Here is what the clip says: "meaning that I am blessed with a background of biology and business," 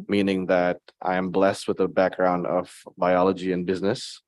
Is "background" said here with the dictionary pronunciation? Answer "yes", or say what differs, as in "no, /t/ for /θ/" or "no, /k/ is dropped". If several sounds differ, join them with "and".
yes